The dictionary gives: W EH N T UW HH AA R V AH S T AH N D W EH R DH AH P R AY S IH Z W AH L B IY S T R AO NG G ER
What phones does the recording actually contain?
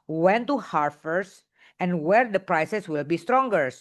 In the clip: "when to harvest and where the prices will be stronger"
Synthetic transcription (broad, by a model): W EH N T UW HH AA R F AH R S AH N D W EH R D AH P R AY S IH S W AH L B IY S T R AO NG G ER